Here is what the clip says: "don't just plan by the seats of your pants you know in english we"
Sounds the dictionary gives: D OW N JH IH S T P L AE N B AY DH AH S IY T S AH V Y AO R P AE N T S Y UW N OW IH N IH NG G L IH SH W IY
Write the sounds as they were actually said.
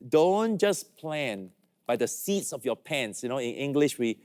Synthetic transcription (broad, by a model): D OW N JH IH S P L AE N B AY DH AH S IY T S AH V Y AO P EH N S Y UW N OW IH N IH NG G L IH SH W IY